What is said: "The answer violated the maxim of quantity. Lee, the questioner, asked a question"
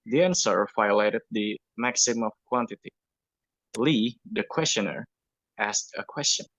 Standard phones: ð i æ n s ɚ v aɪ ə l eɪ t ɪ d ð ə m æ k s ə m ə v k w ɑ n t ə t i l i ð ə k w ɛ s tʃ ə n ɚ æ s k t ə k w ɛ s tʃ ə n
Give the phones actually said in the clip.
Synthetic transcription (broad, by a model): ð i æ n s ɚ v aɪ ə l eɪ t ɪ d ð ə m æ k s ə m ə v k w ɑ n t ə t i l i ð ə k w ɛ s tʃ ə n ɚ æ s k t ə k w ɛ s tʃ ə n